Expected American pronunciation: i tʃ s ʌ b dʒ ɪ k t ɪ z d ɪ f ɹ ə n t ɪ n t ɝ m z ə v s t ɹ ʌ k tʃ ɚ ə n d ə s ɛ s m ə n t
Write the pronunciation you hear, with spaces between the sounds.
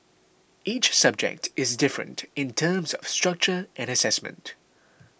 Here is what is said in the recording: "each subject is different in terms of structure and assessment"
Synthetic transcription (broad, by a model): i tʃ s ʌ b dʒ ɪ k t ɪ z d ɪ f ɹ ə n t ɪ n t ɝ m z ə v s t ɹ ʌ k tʃ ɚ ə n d ə s ɛ s m ə n t